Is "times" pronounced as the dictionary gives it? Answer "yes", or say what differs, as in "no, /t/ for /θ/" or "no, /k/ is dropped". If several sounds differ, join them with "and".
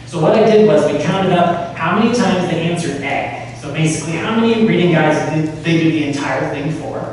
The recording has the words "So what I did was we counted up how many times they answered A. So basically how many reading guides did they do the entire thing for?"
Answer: yes